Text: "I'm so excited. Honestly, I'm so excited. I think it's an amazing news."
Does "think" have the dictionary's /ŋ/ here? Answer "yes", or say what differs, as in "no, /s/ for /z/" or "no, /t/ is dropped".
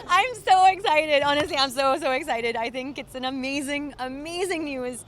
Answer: yes